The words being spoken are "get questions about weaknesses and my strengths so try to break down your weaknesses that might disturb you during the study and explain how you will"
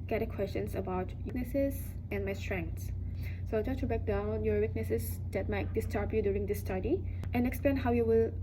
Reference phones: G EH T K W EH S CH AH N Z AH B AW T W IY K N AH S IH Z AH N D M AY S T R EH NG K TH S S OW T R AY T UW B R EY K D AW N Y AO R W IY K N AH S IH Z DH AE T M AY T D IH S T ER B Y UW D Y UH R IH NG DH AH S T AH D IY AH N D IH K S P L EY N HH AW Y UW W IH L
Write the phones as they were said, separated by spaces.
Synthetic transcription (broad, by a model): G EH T K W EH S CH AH N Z AH B AW T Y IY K N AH S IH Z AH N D M AY S T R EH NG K T S S OW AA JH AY T UW B R EY K D AW N Y AO R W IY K N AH S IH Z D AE T M AY T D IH S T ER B Y UW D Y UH R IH NG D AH S T AH D IY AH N IH K S P L EY N HH AW Y UW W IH L